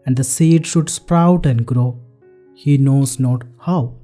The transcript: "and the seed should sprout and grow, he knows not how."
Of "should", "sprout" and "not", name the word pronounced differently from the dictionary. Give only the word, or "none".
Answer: none